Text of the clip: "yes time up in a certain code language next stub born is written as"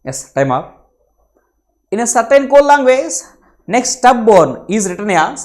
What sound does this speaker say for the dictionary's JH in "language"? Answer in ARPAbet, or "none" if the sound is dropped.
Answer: Z